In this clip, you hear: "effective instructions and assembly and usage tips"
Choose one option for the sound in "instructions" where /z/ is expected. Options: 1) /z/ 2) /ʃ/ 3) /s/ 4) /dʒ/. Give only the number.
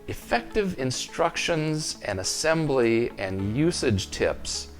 1